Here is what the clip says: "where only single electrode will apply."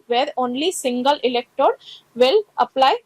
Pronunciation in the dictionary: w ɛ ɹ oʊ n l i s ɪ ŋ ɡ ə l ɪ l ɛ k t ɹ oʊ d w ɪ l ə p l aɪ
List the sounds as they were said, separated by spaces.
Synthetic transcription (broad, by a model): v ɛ ɹ oʊ n l i s ɪ ŋ ɡ ə l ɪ l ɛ k t oʊ d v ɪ l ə p l aɪ